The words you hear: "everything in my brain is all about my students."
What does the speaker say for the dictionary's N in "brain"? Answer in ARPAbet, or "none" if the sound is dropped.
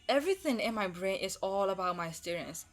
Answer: N